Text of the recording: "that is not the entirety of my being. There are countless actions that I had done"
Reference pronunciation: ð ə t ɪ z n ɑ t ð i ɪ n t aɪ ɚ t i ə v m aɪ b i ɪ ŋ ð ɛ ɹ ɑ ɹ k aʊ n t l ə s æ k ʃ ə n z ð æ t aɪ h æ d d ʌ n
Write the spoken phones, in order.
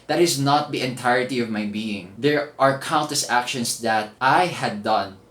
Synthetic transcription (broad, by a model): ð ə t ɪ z n ɑ t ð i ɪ n t aɪ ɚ t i ə v m aɪ b i ɪ ŋ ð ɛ ɹ ɑ ɹ k aʊ n t ə s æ k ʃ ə n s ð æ t aɪ h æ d d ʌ n